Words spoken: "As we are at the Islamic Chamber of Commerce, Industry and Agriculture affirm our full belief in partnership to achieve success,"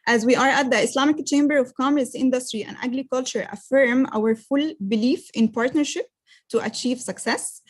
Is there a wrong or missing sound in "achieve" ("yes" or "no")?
no